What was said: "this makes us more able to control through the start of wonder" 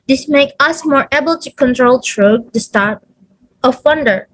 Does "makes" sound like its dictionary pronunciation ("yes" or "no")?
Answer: no